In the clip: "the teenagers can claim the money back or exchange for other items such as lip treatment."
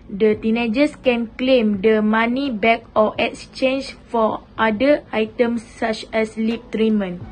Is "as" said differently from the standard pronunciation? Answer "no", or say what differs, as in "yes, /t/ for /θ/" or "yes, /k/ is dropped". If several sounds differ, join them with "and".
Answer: yes, /s/ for /z/